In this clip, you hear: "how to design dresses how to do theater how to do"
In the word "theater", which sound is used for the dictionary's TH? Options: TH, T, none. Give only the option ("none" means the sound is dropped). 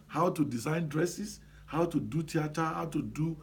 T